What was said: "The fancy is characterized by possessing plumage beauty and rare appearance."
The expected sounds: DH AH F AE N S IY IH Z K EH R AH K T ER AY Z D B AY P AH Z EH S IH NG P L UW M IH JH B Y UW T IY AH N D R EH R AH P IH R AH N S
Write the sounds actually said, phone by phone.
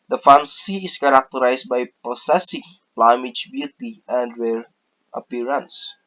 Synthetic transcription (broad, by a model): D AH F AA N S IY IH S K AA R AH K T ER AY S B AY P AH S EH S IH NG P L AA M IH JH B Y UW T IY AH N D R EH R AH P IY R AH N S